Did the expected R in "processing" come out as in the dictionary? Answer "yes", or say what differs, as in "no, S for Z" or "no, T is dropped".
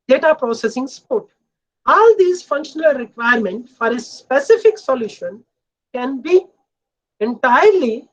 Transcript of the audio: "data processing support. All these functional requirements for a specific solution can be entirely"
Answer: yes